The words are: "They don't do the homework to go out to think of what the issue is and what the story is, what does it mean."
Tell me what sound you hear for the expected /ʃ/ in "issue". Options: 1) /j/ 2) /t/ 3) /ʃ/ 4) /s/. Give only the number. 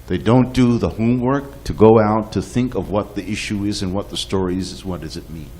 3